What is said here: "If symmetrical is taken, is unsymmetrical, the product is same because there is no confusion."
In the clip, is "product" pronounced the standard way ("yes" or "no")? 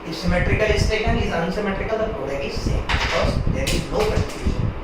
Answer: no